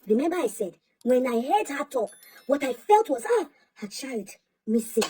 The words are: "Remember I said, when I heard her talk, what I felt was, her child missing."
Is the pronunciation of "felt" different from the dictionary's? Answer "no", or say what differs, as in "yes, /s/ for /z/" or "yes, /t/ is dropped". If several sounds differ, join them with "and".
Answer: no